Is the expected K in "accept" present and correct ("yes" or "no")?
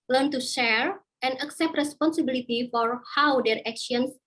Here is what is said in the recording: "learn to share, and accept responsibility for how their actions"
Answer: yes